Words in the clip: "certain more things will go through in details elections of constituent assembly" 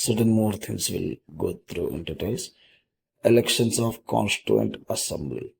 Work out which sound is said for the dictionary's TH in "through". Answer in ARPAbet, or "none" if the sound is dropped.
T